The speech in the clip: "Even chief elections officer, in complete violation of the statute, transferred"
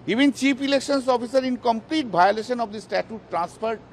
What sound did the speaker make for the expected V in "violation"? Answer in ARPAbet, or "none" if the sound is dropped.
B